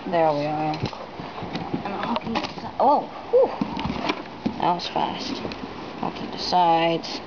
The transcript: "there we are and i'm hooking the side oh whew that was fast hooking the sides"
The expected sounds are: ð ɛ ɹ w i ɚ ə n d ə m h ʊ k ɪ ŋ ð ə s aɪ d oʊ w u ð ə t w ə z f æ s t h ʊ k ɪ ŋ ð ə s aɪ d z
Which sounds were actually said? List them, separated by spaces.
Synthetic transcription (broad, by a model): ð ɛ ɹ w i ɚ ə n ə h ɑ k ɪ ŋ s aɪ oʊ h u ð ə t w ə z f æ s t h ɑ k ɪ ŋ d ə s aɪ d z